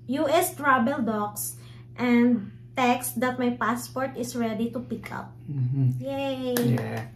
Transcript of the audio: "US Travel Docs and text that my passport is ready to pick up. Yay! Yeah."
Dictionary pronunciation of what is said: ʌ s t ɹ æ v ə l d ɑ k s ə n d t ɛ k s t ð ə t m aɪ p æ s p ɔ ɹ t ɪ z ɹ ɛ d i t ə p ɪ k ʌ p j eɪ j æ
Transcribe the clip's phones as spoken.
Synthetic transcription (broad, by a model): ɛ s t ɹ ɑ b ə l d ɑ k s ə n d t ɛ k s t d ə t m aɪ p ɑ s p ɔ ɹ t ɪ s ɹ ɛ d i t ə p ɪ k ʌ p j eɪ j